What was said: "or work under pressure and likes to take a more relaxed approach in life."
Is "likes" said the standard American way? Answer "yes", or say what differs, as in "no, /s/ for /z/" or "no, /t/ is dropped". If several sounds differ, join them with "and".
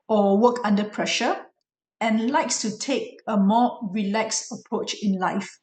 yes